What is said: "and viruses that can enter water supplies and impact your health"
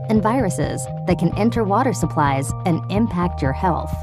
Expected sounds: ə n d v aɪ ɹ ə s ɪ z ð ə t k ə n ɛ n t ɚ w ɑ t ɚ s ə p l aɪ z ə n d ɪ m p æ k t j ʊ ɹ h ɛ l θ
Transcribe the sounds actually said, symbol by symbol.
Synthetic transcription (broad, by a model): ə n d v aɪ ɹ ə s ɪ z ð ə t k ə n ɛ n t ɚ w ɑ t ɚ s ə p l aɪ z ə n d ɪ m p æ k t j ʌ ɹ h ɛ l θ